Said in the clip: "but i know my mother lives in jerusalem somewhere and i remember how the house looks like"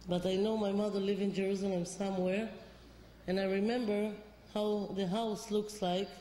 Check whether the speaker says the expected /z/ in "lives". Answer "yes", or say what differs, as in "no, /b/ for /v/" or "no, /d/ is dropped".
no, /z/ is dropped